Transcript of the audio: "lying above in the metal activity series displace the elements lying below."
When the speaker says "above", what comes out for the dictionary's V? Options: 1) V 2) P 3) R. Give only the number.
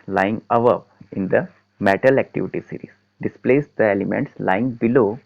2